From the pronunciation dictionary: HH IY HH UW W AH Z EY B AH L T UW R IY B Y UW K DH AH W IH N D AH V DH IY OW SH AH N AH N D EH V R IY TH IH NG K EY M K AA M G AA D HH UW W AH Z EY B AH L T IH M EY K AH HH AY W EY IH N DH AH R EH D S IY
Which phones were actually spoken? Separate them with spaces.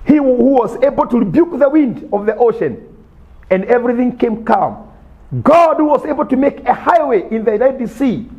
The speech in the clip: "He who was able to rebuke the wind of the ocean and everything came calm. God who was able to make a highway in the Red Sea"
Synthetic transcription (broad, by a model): HH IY HH UW W AH Z EY B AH L T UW R IY B Y UW K DH AH W IH N D AH V DH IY OW SH AH N AH N D EH V R IY TH IH NG K EY M K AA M G AA D HH UW W AH Z EY B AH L T IH M EY K AH HH AY W EY IH N DH AH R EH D S IY